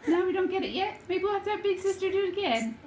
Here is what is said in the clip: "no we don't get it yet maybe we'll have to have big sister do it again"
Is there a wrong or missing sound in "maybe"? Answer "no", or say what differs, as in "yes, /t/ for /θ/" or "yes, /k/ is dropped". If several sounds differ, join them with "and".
yes, /b/ is dropped